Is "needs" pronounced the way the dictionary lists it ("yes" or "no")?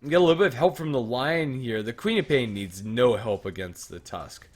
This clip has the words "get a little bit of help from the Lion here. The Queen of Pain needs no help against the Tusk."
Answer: yes